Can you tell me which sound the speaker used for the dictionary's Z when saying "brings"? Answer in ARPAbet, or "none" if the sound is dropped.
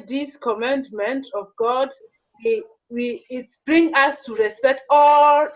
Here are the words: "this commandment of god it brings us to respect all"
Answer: none